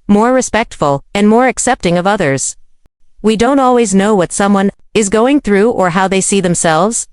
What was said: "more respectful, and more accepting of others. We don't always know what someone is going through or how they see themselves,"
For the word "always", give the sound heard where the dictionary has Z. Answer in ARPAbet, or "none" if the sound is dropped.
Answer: Z